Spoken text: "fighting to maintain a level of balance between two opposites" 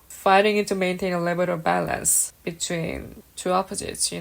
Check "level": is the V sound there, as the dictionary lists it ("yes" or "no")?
no